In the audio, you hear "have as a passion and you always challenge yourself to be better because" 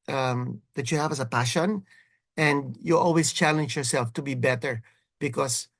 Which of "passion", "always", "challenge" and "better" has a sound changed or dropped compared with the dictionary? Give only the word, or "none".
always